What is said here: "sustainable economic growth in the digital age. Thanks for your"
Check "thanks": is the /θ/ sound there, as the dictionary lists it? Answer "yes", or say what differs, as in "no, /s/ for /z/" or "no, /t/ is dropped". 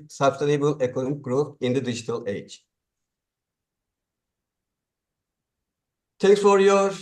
no, /t/ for /θ/